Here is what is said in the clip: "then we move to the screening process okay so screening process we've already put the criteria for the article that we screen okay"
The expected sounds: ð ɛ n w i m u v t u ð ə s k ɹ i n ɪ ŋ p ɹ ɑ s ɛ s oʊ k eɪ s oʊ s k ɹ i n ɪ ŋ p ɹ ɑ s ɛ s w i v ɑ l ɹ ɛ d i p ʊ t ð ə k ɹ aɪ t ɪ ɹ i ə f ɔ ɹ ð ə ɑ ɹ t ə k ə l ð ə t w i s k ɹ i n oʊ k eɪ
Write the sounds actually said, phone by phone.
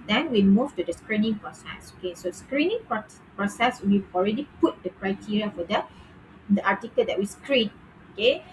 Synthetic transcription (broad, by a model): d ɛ n w i m u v t u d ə s k ɹ i n ɪ ŋ p ɹ ɑ s ɛ s oʊ k eɪ s oʊ s k ɹ i n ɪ ŋ p ɹ ɑ s ɛ s w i ɑ l ɹ ɛ d i p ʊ t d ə k ɹ aɪ t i ɹ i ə f ɔ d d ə ɑ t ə k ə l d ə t w i s k ɹ i n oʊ k eɪ